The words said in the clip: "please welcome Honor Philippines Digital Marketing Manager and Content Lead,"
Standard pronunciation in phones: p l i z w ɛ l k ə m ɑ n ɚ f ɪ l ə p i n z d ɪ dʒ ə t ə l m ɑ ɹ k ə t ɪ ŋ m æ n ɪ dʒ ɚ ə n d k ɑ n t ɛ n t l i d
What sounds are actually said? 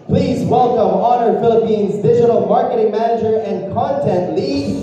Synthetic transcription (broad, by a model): p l i z w ɛ l k ə m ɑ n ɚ f ɪ l ə p i n z d ɪ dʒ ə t l m ɑ ɹ k ə t ɪ ŋ m æ n ɪ dʒ ɚ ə n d k ɑ n t ɛ n t l i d